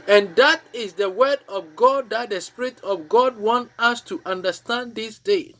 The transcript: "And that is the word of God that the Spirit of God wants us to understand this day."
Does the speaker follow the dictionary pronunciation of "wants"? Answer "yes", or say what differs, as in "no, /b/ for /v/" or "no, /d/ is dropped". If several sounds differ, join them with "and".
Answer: no, /s/ is dropped